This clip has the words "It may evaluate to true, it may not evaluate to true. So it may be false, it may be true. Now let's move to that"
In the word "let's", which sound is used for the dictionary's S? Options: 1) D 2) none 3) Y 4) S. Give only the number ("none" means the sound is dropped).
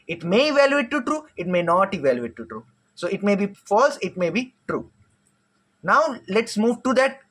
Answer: 4